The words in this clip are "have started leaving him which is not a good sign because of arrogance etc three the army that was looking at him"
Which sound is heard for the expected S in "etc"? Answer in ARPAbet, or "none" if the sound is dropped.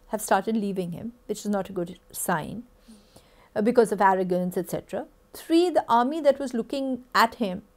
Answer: S